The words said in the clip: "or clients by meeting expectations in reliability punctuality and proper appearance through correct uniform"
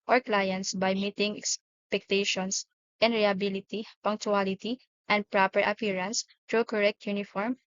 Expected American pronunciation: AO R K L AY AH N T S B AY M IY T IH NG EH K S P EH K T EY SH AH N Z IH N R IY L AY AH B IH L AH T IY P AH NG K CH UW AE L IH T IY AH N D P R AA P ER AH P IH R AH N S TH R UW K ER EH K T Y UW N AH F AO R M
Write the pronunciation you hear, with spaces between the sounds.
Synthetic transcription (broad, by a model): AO R K L AY AH N T S B AY M IY T IH NG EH K S P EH K T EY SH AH N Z IH N R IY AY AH B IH L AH T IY P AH NG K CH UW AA L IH T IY AH N D P R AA P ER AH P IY R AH N S T R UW K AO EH K T Y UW N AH F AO R M